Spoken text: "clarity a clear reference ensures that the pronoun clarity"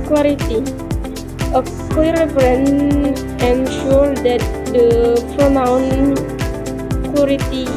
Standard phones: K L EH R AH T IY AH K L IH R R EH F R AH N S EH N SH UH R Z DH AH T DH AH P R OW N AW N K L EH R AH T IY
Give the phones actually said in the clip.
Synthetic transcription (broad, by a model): K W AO R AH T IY AH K AO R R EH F R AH N EH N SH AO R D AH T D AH P R OW N AW N K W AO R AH T IY